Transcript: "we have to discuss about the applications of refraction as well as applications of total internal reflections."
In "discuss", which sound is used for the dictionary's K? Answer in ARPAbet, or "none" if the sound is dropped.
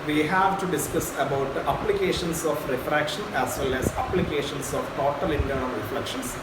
K